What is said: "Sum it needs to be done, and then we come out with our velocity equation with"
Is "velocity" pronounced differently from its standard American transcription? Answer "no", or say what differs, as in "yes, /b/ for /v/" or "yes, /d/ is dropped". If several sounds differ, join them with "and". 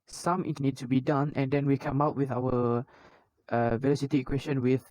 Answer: no